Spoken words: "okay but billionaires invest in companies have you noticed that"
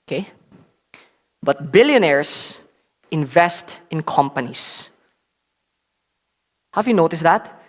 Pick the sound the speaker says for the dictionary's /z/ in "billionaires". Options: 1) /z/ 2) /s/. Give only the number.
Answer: 2